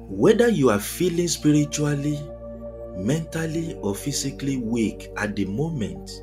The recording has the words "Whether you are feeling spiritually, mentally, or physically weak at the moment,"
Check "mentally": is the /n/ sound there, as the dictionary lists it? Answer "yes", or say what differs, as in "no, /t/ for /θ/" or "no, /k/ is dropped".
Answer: yes